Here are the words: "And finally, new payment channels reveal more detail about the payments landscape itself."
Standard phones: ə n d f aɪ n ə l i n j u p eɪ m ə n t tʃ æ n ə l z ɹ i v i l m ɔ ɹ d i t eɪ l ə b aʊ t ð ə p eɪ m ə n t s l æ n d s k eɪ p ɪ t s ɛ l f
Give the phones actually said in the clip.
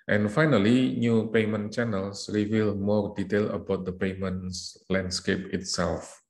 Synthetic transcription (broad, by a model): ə n f aɪ n ə l i n j u p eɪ m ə n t tʃ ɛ n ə l s ɹ i v i l m ɔ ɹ d i t eɪ l ə b aʊ t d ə p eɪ m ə n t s l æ n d s k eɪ p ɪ t s ɛ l f